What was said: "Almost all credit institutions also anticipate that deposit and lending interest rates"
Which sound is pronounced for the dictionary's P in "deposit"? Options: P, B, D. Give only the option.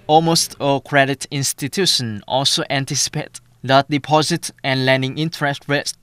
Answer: P